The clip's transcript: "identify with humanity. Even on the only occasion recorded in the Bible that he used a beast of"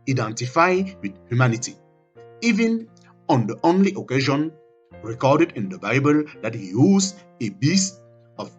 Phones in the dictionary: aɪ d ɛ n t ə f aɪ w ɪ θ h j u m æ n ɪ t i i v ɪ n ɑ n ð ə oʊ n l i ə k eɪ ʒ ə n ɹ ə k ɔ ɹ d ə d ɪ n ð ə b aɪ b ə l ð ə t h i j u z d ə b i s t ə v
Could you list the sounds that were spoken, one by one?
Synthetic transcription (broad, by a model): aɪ d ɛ n t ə f aɪ w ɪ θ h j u m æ n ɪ t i i v ɪ n ɑ n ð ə oʊ n l i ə k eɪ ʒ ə n ɹ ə k ɔ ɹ d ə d ɪ n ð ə b aɪ b ə l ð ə t h i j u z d ə b i s t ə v